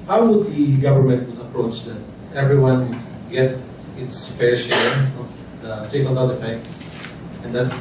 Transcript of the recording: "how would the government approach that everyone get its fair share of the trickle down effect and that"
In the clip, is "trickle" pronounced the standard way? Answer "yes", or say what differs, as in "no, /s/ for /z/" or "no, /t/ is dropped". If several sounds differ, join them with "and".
no, /ɹ/ is dropped